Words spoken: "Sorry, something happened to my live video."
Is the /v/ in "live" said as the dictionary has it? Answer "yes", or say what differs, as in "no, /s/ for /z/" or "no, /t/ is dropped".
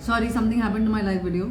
no, /f/ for /v/